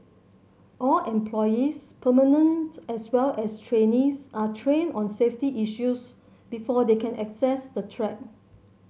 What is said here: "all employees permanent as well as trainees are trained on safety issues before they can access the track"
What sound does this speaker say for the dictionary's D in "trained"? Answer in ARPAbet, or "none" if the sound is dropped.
none